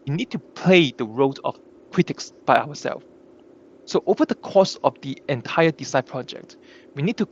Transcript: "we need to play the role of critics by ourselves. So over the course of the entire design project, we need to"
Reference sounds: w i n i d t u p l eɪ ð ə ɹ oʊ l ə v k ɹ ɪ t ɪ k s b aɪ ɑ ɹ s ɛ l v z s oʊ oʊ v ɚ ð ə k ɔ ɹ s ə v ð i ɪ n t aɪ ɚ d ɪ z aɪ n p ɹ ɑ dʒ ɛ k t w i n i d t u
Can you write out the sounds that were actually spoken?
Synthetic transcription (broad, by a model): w i n i d t u p l eɪ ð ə ɹ oʊ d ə f k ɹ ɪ t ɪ k s b aɪ ɑ w s ɛ l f s oʊ oʊ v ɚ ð ə k ɔ s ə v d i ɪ n t aɪ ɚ d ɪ s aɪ p ɹ ɑ dʒ ɛ k t w i n i d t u